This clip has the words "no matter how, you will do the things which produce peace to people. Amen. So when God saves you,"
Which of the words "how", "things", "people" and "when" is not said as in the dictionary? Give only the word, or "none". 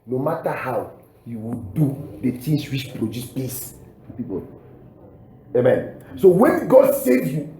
things